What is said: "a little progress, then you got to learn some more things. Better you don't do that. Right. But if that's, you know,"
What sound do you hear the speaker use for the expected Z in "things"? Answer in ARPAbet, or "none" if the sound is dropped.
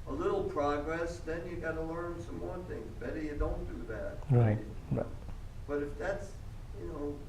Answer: Z